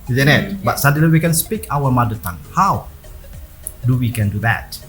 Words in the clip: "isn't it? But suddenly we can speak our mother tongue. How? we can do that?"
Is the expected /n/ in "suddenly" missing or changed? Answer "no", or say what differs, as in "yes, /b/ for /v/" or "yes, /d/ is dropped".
yes, /n/ is dropped